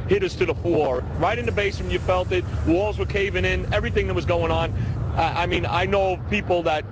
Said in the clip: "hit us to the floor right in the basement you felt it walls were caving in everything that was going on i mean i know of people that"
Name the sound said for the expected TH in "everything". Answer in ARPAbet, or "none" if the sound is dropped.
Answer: TH